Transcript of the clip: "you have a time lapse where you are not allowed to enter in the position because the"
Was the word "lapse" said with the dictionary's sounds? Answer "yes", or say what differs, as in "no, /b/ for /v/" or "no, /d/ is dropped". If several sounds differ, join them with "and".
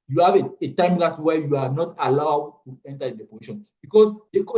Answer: no, /p/ is dropped